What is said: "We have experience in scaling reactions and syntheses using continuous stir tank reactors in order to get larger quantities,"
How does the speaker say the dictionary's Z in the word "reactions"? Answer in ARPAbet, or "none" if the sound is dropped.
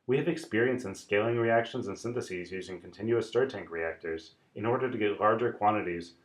Z